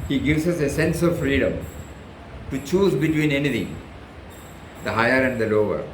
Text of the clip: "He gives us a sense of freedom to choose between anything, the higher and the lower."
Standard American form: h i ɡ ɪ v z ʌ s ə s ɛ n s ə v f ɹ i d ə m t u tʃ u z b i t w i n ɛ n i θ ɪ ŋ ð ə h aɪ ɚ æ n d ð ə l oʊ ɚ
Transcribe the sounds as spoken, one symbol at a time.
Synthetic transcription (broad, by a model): h i ɡ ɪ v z ʌ s ə s ɛ n s ə v f ɹ i d ə m t u tʃ u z b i t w i n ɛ n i t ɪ ŋ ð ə h aɪ ɚ æ n d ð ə l oʊ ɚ